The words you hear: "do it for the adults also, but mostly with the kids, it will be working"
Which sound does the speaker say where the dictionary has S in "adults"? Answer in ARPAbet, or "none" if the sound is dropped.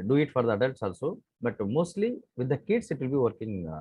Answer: S